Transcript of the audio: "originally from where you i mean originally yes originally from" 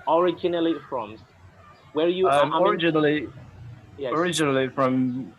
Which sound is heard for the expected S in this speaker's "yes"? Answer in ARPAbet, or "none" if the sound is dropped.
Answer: none